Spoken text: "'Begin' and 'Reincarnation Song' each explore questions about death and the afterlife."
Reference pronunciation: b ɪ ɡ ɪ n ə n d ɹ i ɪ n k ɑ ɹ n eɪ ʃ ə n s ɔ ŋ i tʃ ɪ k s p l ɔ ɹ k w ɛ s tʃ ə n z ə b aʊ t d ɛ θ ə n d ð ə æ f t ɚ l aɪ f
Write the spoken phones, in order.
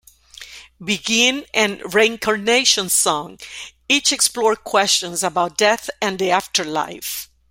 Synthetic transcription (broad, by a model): b ɪ ɡ ɪ n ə n ɹ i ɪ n k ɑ ɹ n eɪ ʃ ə n s ɔ ŋ i tʃ ɪ k s p l ɔ ɹ k w ɛ s tʃ ə n z ə b aʊ t d ɛ θ ə n d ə æ f t ɚ l aɪ f